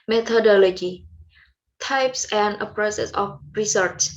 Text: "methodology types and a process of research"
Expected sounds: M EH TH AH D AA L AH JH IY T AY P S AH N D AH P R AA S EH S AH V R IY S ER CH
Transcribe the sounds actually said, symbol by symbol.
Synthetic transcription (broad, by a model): M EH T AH D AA L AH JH IY T AY P S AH N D AH P R AA S EH S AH F R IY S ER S